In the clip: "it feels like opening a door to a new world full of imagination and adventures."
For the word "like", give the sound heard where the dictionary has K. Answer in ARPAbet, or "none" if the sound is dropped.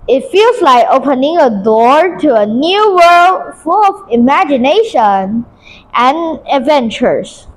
K